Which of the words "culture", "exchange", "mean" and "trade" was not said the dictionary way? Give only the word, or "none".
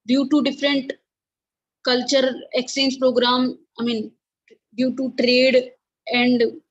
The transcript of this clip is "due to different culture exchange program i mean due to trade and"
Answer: exchange